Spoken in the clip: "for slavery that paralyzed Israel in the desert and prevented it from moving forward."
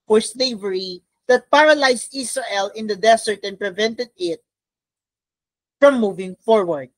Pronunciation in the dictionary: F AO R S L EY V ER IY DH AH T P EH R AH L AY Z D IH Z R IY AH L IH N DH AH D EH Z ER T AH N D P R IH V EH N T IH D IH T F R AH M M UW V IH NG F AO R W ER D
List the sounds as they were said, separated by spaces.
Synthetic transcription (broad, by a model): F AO R S L EY V ER IY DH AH T P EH R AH L AY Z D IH S R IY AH L IH N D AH D EH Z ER T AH N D P R IH V EH N T IH D IH T F R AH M M UW V IH NG F AO R W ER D